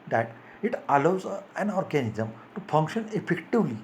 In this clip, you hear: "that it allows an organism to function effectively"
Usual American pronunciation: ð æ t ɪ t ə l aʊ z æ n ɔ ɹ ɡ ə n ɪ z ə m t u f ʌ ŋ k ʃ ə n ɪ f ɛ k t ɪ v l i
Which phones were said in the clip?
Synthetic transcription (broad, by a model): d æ t ɪ t ə l aʊ z æ n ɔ ɹ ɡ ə n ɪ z ə m t u f ʌ ŋ k ʃ ə n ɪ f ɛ k t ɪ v l i